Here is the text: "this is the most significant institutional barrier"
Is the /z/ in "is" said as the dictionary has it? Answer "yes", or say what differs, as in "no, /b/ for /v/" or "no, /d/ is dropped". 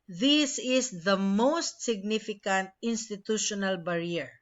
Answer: no, /s/ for /z/